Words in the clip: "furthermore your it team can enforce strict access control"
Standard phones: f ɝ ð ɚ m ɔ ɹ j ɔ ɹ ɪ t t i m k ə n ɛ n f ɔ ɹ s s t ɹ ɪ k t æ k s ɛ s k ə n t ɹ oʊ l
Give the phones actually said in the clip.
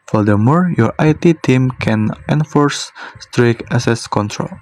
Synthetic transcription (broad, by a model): f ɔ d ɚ m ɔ ɹ j ɔ ɹ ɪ t t i m k ə n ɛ n f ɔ ɹ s s t ɹ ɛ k æ s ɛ s k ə n t ɹ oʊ l